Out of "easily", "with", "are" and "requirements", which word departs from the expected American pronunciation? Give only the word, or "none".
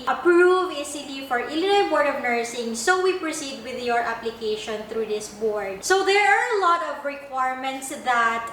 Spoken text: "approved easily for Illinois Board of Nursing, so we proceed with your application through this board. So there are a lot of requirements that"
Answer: easily